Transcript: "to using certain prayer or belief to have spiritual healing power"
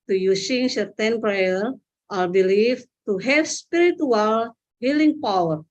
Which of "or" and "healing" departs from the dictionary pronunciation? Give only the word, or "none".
or